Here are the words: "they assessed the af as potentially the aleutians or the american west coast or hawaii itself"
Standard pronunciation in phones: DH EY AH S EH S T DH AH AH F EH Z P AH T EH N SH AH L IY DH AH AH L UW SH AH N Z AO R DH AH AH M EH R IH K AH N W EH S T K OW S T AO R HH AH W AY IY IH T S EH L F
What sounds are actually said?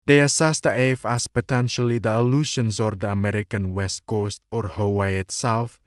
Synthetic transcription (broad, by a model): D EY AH S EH S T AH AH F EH S P AH T EH N SH AH L IY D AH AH L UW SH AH N S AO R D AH AH M EH R IH K AH N W EH S T K OW S T AO R HH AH W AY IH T S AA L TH